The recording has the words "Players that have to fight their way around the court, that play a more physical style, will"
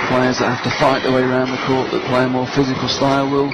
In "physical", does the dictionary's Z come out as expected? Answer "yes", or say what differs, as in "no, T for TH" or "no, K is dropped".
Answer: yes